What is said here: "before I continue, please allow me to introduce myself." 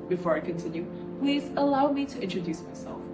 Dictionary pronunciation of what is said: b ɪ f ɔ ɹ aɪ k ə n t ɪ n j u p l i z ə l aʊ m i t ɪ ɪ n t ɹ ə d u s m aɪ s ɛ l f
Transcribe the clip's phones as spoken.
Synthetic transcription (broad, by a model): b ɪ f ɔ ɹ aɪ k ə n t ɪ n j u p l i z ə l aʊ m i t ɪ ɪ n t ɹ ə d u s m aɪ s ɛ l f